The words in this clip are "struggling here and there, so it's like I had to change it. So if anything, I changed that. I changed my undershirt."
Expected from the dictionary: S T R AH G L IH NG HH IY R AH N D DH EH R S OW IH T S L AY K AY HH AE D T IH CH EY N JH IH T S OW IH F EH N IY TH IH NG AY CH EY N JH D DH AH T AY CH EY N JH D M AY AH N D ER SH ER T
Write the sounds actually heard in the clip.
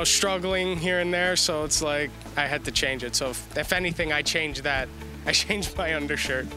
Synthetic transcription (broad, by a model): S T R AH G L IH NG HH IY R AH N DH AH R S OW IH T S L AY K AY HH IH D T IH CH EY N JH IH T S OW IH F EH N IY TH IH NG AY CH EY N JH DH AH T AY CH EY N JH M AY AH N D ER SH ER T